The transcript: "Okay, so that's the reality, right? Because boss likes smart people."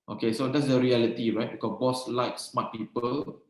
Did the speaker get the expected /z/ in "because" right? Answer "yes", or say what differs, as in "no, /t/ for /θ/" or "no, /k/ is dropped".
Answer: no, /z/ is dropped